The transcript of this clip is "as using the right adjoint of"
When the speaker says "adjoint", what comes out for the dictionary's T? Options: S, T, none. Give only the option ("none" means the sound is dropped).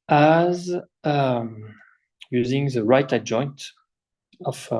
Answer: T